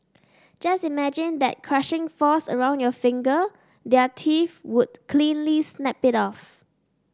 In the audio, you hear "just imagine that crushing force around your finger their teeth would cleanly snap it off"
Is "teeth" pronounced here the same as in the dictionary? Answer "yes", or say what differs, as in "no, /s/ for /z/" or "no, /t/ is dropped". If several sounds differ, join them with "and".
no, /f/ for /θ/